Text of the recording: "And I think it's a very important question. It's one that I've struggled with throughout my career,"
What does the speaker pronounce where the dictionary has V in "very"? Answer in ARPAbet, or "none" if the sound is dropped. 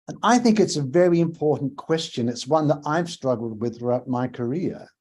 V